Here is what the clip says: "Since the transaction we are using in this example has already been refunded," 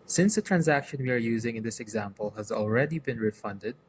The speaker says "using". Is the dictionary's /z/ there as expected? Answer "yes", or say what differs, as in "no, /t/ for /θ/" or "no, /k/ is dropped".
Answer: yes